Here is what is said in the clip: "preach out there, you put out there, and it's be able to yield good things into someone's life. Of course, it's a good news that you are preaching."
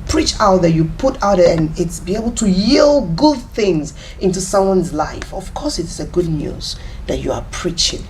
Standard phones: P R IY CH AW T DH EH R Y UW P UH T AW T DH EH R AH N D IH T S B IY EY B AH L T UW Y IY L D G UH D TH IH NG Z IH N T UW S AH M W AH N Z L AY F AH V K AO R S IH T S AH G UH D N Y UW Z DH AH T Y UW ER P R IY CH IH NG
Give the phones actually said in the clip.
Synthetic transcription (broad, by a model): P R IY CH AW T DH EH Y UW P UH T AW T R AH N IH T S B IY EY B AH L T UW Y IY L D G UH D TH IH NG Z IH N T UW S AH M W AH N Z L AY F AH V K AO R S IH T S AH G UH D N Y UW Z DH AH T Y UW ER P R IY CH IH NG